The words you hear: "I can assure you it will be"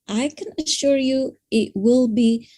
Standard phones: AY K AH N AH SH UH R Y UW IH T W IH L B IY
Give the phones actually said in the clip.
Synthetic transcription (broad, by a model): AY K AH N AH SH UH R Y UW IH T W IH L B IY